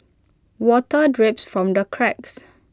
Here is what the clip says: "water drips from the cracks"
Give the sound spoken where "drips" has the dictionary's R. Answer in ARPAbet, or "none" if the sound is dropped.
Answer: R